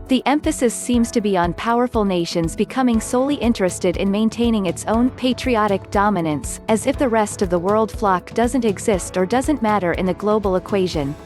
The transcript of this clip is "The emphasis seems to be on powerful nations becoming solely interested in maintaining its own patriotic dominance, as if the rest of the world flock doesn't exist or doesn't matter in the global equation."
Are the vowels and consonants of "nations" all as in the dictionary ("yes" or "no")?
yes